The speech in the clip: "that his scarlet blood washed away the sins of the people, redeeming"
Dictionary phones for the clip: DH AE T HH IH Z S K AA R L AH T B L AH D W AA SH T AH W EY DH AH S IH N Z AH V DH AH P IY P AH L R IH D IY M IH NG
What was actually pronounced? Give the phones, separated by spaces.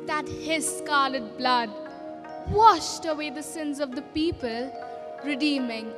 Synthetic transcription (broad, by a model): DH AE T HH IH Z S K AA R L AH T B L AH D W AA SH T AH W EY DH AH S IH N Z AH V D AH P IY P AH L R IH D IY M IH NG